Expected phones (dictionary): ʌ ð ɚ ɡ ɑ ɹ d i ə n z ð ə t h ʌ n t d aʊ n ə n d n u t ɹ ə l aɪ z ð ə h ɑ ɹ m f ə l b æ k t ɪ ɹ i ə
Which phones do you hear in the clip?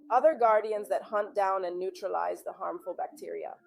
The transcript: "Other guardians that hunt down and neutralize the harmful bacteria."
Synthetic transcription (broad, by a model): ʌ ð ɚ ɡ ɑ ɹ d i ə n z ð ə t h ʌ n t d aʊ n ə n n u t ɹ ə l aɪ z ð ə h ɑ ɹ m f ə l b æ k t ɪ ɹ i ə